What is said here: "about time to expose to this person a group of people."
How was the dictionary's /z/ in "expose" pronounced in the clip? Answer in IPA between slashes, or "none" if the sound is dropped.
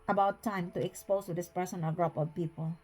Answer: /s/